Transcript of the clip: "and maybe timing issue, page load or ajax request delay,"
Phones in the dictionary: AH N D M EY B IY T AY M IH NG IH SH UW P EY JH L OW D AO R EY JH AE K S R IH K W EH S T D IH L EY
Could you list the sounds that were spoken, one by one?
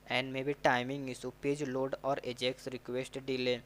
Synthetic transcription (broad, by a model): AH N D M EY B IY T AY M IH NG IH S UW P EY JH L OW D AO R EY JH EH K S R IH K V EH S T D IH L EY